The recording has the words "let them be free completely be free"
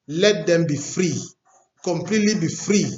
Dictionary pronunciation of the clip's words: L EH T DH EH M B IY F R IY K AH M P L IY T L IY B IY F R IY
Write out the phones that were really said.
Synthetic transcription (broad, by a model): L EH T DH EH M B IY F R IY K AH M P L IY T L IY B IY F R IY